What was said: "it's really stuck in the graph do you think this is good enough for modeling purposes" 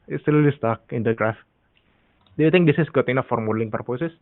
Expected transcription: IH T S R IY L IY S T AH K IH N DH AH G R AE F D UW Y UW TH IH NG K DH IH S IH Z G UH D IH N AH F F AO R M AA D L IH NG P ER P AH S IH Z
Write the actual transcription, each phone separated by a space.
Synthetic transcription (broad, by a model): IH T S L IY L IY S T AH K IH N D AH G R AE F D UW Y UW T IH NG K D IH S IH S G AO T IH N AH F F AO R M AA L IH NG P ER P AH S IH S